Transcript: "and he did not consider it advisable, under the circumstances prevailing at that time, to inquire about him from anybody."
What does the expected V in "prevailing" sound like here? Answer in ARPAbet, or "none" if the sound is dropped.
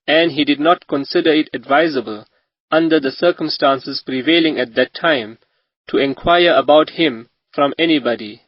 V